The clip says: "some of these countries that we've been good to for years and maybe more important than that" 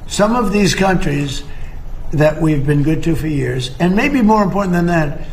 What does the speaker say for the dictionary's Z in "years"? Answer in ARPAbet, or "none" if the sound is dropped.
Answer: Z